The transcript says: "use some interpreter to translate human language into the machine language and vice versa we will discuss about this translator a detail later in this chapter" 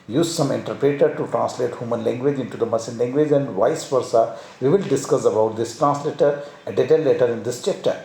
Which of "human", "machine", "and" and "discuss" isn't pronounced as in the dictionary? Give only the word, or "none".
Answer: machine